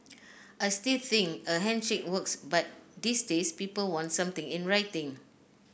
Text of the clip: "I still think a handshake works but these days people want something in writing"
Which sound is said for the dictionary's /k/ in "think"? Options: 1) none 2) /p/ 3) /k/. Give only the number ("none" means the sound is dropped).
1